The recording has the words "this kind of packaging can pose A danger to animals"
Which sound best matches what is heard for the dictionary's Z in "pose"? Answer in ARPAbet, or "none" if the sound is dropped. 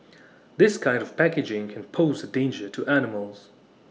Z